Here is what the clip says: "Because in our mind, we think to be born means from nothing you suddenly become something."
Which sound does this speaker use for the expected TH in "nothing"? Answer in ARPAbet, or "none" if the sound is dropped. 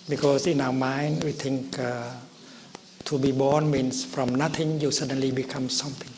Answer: T